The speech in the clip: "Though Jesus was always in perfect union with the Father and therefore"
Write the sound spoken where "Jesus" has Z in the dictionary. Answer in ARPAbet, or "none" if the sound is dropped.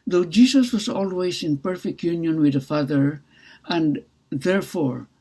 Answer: S